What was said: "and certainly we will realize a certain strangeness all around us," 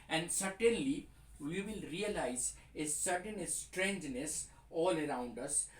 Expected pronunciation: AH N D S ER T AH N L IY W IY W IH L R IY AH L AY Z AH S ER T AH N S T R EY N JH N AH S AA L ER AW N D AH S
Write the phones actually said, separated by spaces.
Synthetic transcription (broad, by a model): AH N D S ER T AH N L IY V IY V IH L R IY AH L AY Z AH S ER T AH N S T R EY N JH N AH S AA L ER AW N D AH S